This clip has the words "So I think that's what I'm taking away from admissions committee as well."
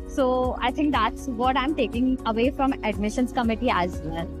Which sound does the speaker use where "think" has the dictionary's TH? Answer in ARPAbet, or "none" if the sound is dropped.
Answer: T